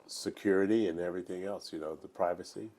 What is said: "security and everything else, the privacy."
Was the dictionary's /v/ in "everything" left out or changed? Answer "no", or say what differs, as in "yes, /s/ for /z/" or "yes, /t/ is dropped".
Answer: no